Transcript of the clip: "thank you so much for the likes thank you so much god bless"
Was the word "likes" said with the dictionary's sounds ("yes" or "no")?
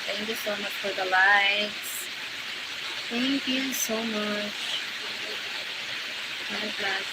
no